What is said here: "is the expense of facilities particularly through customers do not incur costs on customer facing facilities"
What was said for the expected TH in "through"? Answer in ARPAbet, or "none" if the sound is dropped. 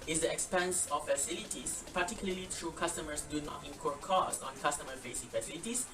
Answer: T